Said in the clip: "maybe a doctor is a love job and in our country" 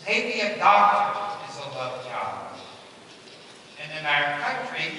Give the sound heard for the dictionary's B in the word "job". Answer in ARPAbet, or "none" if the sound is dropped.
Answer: none